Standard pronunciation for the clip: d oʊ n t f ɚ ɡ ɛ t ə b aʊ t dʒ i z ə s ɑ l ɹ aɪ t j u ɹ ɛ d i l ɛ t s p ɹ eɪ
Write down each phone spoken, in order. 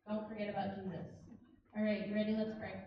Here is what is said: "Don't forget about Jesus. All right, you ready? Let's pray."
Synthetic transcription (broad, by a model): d oʊ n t f ɚ ɡ ɛ t ə b aʊ t dʒ i z ə s ɑ l ɹ aɪ t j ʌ ɹ ɛ d i l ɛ t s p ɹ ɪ